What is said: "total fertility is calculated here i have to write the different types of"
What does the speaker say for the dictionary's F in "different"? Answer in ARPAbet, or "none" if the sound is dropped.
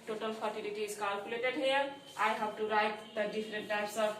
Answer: P